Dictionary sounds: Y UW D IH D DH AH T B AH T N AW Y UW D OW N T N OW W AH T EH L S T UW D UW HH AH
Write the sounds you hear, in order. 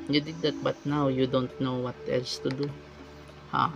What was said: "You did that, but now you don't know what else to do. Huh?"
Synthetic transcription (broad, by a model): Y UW D IH D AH T B AH T N AW Y UW D OW N T N OW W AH T EH L S T UW D UW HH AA